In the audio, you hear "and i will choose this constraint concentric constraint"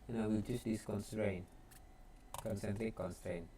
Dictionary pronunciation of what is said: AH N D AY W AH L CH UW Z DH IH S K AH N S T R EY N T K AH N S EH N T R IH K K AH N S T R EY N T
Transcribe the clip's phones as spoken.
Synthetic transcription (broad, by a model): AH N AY W AH L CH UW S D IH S K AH N S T R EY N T K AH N S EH N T L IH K K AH N S T R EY N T